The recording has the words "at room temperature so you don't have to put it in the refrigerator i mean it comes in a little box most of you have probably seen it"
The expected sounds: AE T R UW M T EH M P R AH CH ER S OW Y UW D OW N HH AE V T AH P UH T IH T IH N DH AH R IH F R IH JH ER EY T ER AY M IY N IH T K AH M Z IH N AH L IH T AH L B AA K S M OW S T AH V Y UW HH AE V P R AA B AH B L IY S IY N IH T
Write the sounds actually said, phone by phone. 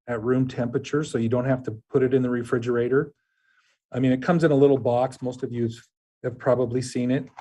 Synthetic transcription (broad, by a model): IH T R UW M T EH M P R AH CH ER S OW Y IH D OW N HH AE F T AH P UH T IH T IH N DH AH R IH F R IH JH ER EY T ER AY M IY N IH T K AH M Z IH N AH L IH T L B AA K S M OW S T AH V Y UW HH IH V P R AA B AH B L IY S IY N IH T